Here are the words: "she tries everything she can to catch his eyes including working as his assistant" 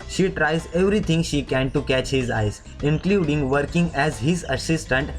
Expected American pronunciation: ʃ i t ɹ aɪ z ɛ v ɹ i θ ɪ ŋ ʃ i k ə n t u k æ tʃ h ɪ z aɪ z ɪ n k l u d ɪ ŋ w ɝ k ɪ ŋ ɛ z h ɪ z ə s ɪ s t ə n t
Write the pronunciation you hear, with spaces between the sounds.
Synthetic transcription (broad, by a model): ʃ i t ɹ aɪ z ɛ v ɹ i t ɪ ŋ ʃ i k ə n t u k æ tʃ h ɪ z aɪ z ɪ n k l u d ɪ ŋ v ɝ k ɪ ŋ ɛ z h ɪ z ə s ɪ s t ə n t